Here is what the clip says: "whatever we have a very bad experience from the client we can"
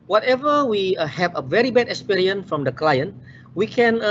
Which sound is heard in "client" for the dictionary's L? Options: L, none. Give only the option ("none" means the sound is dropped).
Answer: L